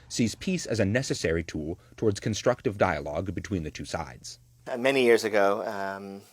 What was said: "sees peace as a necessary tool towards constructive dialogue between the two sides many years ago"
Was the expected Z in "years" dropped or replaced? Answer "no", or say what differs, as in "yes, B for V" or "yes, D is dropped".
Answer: no